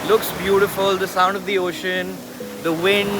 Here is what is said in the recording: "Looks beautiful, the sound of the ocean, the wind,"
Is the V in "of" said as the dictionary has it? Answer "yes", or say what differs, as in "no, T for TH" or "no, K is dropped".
yes